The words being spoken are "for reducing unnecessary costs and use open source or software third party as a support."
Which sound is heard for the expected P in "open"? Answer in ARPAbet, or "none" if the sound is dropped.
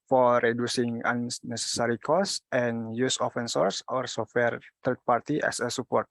F